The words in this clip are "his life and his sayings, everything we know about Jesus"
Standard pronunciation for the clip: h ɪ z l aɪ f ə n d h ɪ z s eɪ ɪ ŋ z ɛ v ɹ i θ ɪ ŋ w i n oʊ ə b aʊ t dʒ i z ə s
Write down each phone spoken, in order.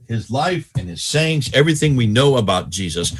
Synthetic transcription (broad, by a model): h ɪ z l aɪ f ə n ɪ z s eɪ ɪ ŋ z ɛ v ɹ i θ ɪ ŋ w i n oʊ ə b aʊ t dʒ i z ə s